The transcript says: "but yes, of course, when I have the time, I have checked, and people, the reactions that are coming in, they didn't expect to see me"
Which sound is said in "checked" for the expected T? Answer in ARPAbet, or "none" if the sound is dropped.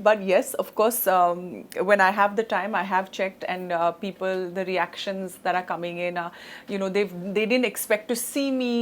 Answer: T